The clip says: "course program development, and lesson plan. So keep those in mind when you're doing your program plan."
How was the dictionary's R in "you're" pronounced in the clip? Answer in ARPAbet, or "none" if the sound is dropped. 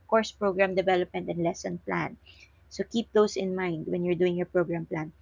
R